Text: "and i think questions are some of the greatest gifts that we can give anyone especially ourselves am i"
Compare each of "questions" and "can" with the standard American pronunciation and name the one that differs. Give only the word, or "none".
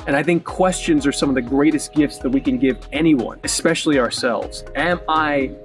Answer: none